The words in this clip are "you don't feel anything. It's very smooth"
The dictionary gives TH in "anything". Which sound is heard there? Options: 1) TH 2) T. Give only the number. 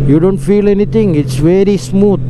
2